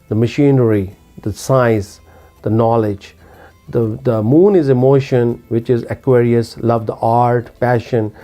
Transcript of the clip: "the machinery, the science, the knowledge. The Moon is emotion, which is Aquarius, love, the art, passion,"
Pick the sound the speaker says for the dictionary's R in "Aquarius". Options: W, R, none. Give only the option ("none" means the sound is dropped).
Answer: R